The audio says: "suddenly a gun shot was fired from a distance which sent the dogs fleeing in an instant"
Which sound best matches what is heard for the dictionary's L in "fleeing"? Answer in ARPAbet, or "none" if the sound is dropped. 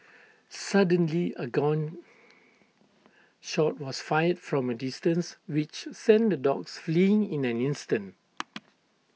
L